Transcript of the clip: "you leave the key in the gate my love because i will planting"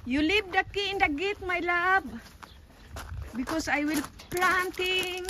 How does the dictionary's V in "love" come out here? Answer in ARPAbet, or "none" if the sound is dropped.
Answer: B